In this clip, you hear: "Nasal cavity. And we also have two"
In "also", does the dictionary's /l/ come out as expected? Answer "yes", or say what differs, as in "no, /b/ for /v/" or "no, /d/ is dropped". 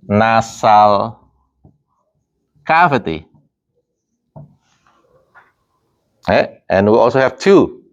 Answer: yes